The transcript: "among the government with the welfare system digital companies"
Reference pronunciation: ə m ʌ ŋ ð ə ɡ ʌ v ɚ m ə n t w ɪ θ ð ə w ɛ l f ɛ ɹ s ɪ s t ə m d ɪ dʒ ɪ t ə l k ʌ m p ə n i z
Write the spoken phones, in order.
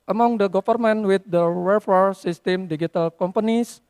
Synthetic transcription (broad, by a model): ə m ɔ ŋ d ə ɡ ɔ f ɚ m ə n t w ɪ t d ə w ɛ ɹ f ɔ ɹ s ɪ s t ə m d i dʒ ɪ t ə l k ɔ m p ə n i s